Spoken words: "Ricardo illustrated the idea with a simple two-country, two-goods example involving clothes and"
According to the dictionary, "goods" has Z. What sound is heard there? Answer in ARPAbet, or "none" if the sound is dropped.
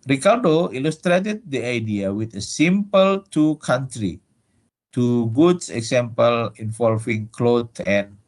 S